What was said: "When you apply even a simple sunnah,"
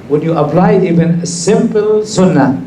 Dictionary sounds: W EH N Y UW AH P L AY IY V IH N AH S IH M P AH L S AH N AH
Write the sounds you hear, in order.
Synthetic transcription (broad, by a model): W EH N Y UW AH P L AY IY V IH N AH S IH M P AH L S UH N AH